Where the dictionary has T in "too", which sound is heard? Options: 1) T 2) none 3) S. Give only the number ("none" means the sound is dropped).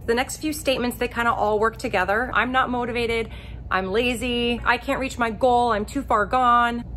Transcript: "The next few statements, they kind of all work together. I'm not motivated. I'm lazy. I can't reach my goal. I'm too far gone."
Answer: 1